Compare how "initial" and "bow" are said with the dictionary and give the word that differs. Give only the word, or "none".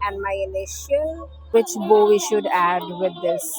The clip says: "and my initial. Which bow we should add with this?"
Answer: initial